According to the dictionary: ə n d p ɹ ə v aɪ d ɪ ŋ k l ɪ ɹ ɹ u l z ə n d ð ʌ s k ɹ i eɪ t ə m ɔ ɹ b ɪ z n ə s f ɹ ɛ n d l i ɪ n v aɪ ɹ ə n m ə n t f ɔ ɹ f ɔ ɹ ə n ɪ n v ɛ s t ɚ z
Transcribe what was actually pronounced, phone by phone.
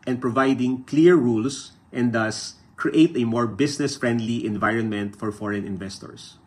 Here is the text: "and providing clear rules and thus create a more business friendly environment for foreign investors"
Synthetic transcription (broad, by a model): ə n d p ɹ ə v aɪ d ɪ ŋ k l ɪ ɹ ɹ u l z ə n d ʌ s k ɹ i eɪ t ə m ɔ ɹ b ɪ s n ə s f ɹ ɛ n d l i ɪ n v aɪ ɹ ə n m ə n t f ɔ ɹ f ɔ ɹ ə n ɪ n v ɛ s t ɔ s